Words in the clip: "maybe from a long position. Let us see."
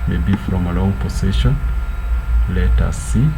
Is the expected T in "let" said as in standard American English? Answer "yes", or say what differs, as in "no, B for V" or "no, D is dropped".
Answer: yes